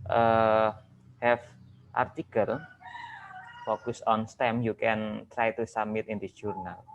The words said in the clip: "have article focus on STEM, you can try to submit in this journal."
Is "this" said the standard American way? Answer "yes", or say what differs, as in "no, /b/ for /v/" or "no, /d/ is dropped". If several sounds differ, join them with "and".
no, /s/ is dropped